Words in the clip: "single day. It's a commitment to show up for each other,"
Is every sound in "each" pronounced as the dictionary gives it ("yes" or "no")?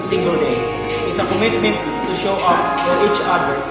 yes